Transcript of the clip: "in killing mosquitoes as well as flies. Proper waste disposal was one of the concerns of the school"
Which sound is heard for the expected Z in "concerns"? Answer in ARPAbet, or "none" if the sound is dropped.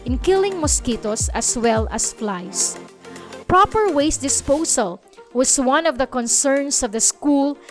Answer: S